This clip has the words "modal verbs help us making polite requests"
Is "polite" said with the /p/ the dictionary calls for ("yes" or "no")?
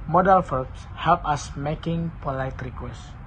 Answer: yes